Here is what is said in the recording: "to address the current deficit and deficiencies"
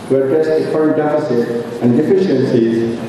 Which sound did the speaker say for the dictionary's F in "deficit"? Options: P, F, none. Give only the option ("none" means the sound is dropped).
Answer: P